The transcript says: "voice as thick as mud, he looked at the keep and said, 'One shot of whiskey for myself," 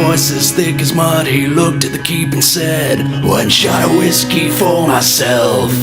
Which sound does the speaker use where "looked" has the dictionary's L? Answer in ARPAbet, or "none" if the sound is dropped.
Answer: L